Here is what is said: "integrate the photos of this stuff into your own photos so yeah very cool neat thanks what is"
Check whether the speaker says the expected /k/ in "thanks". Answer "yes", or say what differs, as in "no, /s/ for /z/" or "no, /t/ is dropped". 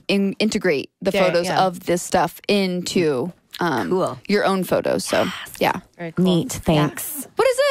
yes